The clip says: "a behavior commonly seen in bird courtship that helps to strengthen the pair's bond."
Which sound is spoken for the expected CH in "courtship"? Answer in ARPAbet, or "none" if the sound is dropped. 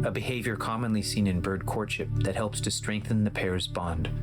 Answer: CH